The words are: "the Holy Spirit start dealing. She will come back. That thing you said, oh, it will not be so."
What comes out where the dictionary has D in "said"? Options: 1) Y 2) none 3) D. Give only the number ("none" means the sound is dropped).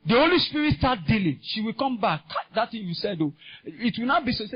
3